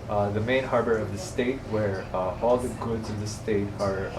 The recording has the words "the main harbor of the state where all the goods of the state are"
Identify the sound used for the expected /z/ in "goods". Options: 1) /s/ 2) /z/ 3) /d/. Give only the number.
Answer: 2